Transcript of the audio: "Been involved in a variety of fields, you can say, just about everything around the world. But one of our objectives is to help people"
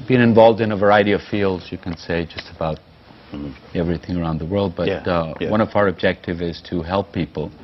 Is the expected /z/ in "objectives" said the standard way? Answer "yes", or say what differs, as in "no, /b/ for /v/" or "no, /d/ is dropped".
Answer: no, /z/ is dropped